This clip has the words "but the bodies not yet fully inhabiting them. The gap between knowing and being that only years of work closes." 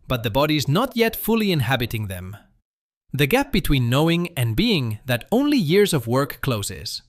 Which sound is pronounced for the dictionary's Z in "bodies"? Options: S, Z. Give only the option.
Z